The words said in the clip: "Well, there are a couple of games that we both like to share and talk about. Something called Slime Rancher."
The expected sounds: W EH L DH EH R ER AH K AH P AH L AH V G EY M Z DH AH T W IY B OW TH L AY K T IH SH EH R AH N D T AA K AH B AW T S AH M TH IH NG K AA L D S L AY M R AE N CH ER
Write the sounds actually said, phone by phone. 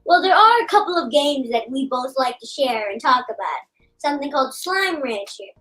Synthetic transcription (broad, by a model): W EH L DH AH R ER AH K AH P L AH V G EY M Z DH AH T W IY B OW TH L AY K T IH SH EH R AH N T AA K AH B AW T S AH M TH IH NG K AA L D S L AY M R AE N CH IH